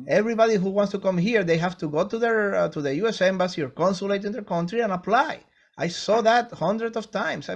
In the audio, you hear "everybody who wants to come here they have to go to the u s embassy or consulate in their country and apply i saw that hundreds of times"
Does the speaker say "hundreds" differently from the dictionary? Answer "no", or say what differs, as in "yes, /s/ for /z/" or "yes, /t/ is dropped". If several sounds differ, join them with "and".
yes, /s/ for /z/